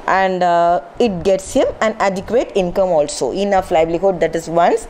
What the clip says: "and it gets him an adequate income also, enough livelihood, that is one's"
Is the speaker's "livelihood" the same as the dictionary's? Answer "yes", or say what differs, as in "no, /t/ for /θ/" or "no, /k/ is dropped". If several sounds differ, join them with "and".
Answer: no, /b/ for /v/